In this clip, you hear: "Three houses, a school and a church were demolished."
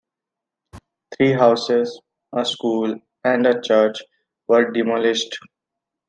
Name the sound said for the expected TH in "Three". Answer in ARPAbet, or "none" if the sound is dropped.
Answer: T